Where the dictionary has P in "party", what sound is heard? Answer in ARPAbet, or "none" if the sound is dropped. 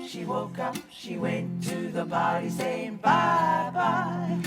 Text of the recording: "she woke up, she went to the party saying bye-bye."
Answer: B